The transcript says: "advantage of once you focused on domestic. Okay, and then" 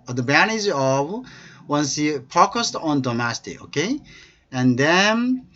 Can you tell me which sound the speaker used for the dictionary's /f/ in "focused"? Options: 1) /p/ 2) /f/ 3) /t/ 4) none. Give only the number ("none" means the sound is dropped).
1